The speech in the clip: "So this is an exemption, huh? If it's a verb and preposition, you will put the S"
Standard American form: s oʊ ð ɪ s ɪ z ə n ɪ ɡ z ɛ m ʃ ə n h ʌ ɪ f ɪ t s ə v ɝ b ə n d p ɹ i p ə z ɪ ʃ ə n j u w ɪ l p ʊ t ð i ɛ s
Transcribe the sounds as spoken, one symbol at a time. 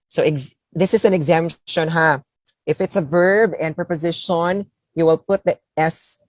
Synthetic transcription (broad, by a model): s oʊ ð ɪ s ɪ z ə n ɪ ɡ z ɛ m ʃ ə n h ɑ ɪ f ɪ t s ə v ɝ b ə n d p ɹ i p ə z ɪ ʃ ə n j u w ɪ l p ʊ t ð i ɛ s